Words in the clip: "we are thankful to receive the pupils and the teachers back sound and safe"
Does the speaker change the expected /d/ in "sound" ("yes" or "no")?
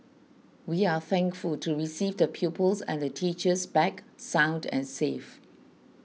no